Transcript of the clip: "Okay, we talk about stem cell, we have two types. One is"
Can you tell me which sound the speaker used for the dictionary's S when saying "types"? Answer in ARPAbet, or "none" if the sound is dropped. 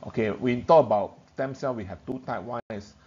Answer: none